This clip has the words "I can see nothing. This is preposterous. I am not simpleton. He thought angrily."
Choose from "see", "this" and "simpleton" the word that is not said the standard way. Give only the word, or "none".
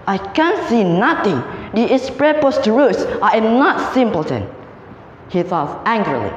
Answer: this